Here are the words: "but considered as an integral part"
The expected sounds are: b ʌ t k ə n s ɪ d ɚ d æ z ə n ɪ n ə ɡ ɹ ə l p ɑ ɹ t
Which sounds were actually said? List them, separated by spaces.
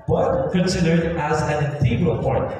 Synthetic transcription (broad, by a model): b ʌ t k ə n s ɪ d ɚ d æ z ə n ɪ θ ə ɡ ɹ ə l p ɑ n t